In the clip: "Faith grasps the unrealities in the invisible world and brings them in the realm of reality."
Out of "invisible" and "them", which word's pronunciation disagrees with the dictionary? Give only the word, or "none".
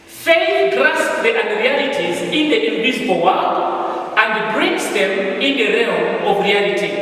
invisible